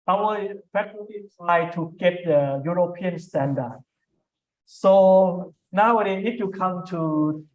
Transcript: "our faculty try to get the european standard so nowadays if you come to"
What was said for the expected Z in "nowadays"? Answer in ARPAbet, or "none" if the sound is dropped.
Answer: none